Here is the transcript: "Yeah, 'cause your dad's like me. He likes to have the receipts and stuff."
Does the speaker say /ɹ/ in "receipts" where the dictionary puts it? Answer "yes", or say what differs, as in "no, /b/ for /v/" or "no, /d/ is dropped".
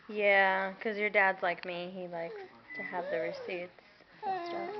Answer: yes